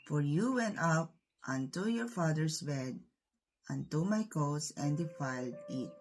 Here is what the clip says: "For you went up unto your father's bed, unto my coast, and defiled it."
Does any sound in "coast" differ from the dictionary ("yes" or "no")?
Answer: yes